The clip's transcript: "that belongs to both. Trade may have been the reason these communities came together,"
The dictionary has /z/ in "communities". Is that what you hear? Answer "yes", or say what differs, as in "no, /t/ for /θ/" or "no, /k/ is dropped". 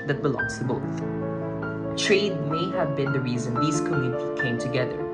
no, /z/ is dropped